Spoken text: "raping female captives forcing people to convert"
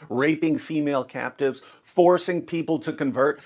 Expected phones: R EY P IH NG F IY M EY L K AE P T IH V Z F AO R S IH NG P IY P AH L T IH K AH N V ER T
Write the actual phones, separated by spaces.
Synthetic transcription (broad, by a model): R EY P IH NG F IY M EY L K AE P T IH V Z F AO R S IH NG P IY P L T IH K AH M V ER T